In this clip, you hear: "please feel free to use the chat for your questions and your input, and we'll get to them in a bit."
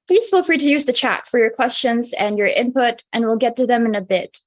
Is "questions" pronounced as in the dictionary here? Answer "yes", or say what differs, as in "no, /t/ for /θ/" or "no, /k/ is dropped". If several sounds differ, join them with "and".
yes